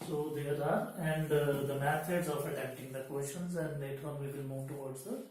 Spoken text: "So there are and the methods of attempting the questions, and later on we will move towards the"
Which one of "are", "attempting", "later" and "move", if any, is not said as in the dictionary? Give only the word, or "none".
attempting